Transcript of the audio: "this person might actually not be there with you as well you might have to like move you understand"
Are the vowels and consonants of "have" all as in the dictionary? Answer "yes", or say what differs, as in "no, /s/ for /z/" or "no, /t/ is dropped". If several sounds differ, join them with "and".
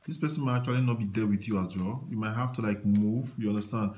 no, /f/ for /v/